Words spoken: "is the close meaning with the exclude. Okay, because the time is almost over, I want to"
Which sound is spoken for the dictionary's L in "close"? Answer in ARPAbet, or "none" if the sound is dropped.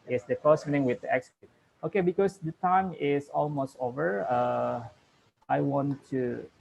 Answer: none